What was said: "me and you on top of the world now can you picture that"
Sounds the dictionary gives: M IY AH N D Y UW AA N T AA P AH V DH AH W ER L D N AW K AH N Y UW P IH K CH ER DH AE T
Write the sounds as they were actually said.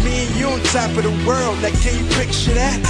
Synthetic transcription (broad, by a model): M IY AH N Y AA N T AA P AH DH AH W ER L D L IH K AH N Y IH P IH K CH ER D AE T